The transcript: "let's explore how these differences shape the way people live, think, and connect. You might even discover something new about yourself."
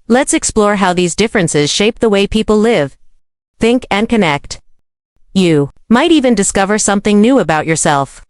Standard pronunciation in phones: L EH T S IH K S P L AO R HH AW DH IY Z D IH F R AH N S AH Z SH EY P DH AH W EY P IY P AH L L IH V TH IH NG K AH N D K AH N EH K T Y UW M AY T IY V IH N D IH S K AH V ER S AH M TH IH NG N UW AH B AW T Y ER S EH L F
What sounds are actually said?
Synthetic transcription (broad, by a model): L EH T S IH K S P L AO R HH AW DH IY Z D IH F R AH N S AH Z SH EY P DH AH W EY P IY P L L IH V TH IH NG K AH N K AH N EH K T Y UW M AY T IY V IH N D IH S K AH V ER S AH M TH IH NG N UW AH B AW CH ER S EH L F